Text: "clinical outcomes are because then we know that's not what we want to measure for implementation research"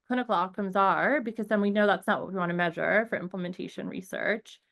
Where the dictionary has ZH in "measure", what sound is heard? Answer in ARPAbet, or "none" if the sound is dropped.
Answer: ZH